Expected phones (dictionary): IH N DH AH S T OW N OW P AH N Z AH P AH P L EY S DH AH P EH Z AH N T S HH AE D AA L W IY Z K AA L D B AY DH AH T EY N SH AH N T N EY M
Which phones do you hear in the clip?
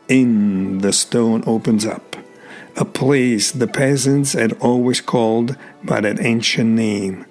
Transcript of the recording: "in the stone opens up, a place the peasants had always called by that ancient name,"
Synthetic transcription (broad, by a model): IH N DH AH S T OW N OW P AH N Z AH P AH P L EY S DH AH P EH Z AH N T S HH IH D AA L W IY Z K AA L D B AY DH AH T EY N SH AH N N EY M